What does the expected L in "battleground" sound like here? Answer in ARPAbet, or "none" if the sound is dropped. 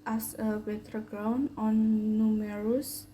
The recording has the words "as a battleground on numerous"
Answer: none